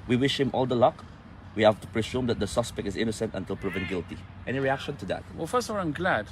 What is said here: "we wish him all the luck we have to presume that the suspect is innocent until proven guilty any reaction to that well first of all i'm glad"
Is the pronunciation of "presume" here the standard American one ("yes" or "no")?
no